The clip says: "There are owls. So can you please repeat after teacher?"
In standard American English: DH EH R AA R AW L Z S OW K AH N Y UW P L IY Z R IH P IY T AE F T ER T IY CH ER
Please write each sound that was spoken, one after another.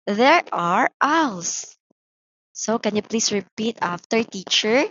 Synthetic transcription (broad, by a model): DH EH R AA R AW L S S OW K AH N Y UW P L IY S R IH P IY T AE F T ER T IY CH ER